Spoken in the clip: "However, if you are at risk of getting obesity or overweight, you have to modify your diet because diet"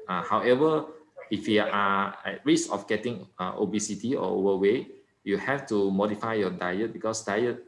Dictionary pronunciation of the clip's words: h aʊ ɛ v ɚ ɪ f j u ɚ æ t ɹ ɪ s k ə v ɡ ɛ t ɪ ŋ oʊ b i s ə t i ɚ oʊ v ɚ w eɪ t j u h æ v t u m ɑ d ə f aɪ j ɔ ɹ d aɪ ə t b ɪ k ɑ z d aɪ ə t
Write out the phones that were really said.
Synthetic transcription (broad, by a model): h aʊ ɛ v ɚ ɪ f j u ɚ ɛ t ɹ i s ə f ɡ ɛ t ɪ ŋ oʊ b i s ə t i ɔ oʊ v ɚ w eɪ j u h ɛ f t u m ɑ d ə f aɪ j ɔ d aɪ ə t b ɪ k ɑ s d aɪ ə t